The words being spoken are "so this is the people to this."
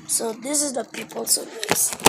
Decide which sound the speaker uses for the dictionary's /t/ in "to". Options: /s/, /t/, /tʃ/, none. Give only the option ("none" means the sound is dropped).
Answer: /s/